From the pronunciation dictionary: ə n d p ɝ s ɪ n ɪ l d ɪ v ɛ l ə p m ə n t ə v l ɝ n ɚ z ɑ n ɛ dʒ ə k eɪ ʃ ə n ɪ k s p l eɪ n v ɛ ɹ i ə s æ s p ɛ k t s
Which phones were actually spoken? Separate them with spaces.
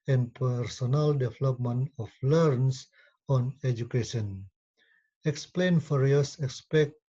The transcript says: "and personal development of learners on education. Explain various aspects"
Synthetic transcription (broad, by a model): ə n p ɝ s ɪ n ɪ l d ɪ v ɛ l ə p m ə n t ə f l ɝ n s ɑ n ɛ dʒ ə k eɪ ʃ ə n ɪ k s p l eɪ n f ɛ ɹ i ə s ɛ s p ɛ k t